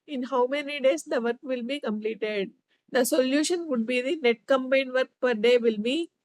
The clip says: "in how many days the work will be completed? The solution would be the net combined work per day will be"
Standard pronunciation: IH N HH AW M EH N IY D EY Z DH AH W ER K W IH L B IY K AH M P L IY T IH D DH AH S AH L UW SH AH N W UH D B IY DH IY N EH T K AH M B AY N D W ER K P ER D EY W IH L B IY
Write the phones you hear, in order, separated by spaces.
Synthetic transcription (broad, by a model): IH N HH AW M EH N IY D EY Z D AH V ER K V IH L B IY K AH M P L IY T IH D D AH S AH L UW SH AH N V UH D B IY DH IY N EH T K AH M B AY N D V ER K P ER D EY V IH L B IY